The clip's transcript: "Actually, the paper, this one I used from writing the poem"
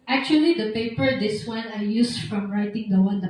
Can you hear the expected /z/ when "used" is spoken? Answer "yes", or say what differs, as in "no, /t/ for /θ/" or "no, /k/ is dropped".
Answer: no, /s/ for /z/